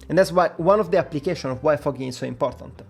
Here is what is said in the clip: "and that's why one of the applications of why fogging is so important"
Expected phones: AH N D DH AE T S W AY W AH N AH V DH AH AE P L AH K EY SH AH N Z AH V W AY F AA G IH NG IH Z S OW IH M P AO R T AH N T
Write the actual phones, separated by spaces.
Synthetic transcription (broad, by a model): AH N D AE T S W AY W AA N AH V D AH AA P L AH K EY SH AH N AH V W AY F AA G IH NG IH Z S OW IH M P AO R T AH N T